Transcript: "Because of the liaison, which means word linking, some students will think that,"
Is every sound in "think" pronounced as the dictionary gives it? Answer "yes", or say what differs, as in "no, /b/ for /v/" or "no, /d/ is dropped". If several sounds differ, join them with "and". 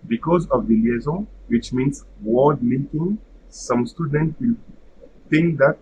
no, /t/ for /θ/